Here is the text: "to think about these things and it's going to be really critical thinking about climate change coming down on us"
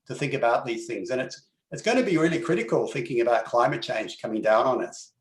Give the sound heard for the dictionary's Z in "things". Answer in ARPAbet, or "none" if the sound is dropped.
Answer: Z